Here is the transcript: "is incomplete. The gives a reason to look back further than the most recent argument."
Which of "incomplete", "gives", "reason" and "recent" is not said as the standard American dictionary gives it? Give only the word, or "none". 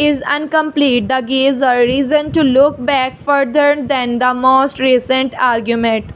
gives